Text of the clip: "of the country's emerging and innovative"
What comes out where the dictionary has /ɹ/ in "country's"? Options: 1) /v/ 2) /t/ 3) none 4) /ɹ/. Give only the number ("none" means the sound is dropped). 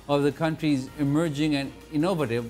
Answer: 4